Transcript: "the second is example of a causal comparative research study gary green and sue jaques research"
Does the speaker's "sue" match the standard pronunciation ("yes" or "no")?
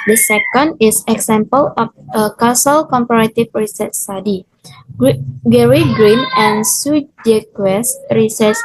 yes